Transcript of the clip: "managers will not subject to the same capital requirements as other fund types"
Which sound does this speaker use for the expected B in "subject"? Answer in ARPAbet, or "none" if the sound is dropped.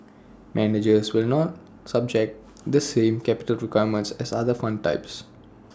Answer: B